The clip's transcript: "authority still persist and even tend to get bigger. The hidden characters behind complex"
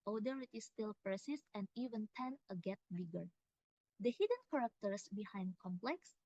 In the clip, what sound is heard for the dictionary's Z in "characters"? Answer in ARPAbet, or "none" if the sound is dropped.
S